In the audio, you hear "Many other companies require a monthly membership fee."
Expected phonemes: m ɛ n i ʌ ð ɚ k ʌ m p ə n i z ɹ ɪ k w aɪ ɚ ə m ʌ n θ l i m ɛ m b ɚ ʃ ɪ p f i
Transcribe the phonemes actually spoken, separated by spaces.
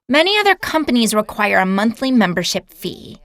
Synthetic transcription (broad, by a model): m ɛ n i ʌ ð ɚ k ʌ m p ə n i z ɹ ɪ k w aɪ ɚ ə m ʌ n θ l i m ɛ m b ɚ ʃ ɪ p f i